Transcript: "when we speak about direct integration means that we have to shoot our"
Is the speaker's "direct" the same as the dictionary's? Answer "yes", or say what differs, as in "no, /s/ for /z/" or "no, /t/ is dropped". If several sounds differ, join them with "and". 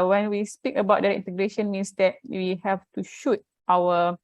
no, /k/ is dropped